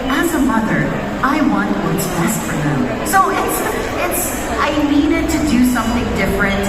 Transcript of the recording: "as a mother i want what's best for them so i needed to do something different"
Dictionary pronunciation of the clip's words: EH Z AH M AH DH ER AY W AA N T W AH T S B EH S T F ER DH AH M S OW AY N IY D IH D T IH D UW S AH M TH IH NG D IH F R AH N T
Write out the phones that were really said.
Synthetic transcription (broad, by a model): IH Z AH M AH DH ER AY W AA N T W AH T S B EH S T F ER DH AH M S OW AY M IY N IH T IH D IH S AH M TH IH NG D IH F R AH N T